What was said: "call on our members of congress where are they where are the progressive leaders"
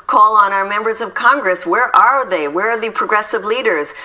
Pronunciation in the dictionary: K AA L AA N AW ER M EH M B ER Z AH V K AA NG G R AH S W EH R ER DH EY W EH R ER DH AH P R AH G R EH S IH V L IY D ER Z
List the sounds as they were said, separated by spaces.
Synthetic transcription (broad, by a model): K AA L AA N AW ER M EH M B ER Z AH V K AA NG G R AH S W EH R ER DH EY W EH R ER DH AH P R AH G R EH S IH V L IY D ER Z